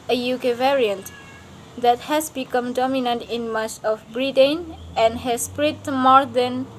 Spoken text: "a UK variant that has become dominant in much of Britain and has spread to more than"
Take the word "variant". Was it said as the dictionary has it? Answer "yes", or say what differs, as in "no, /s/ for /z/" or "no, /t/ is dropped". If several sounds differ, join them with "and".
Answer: yes